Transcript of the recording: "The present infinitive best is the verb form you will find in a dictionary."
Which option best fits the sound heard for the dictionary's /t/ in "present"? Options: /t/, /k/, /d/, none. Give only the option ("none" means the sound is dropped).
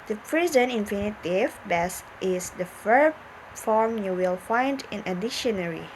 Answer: none